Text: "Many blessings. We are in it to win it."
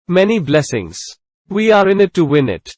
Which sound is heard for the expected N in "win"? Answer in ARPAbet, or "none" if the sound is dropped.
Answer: N